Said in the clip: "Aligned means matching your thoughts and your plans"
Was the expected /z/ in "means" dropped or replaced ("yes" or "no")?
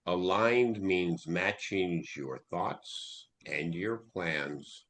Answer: no